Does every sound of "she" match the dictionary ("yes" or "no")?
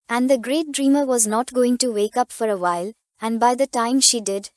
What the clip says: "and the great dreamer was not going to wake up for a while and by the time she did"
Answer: yes